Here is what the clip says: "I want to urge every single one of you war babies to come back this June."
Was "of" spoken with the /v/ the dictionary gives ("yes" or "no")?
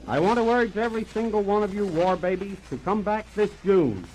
yes